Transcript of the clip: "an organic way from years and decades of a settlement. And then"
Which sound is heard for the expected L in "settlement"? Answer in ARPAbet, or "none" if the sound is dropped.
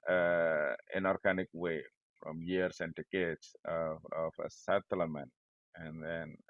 none